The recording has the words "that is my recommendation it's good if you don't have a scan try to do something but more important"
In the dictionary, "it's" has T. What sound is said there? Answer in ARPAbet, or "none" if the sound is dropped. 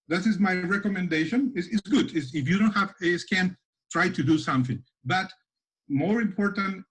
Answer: S